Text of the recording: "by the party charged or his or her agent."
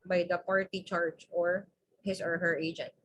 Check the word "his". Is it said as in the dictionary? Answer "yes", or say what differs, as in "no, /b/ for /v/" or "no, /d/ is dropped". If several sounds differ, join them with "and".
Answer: no, /s/ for /z/